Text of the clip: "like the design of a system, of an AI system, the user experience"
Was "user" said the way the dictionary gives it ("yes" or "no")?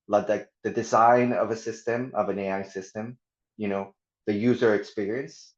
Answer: yes